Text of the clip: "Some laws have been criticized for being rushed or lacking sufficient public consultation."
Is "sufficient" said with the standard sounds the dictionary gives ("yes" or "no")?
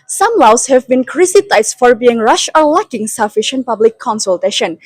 yes